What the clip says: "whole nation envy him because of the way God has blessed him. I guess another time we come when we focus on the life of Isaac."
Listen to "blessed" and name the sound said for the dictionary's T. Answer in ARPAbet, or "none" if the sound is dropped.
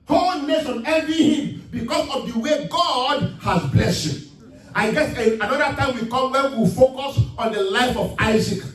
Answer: none